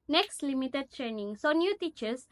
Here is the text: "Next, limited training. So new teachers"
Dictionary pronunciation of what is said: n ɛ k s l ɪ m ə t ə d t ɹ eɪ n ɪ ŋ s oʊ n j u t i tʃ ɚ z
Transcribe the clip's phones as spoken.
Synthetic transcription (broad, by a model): n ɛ k s l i m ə t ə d t ɹ eɪ n ɪ ŋ s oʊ n j u t i tʃ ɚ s